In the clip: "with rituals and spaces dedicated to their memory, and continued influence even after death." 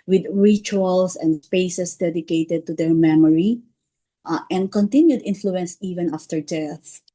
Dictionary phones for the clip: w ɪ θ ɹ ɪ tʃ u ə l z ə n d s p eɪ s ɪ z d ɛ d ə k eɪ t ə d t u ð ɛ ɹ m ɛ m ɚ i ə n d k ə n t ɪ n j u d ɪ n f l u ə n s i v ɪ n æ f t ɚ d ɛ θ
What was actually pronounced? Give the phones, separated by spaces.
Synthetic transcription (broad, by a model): w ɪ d ɹ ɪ tʃ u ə l s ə n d s p eɪ s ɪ s d ɛ d ə k eɪ t ə d t u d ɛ ɹ m ɛ m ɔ i ə n d k ə n t ɪ n j u d ɪ n f l u ə n s i v ɪ n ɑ f t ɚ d ɛ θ